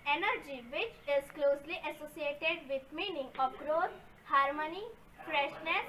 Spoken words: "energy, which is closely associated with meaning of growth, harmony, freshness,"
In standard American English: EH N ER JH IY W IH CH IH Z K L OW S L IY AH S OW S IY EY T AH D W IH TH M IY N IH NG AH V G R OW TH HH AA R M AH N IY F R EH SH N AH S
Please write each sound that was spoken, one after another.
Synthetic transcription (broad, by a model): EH N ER JH IY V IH CH IH Z K L OW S L IY AH S OW S IY EY T AH D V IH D M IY N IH NG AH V G R OW T HH AA R M AH N IY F R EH SH N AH S